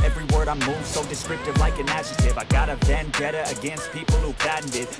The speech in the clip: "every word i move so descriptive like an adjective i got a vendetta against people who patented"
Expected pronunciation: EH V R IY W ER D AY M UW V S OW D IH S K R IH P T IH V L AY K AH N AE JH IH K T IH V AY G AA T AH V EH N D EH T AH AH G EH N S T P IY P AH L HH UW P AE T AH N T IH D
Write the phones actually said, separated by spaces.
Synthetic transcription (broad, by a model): EH V R IY W ER D AY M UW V S OW D IH S K R IH P T IH V L AY K AH N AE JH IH T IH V AY G AA T AH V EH N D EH T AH AH G EH N S T P IY P L HH UW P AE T N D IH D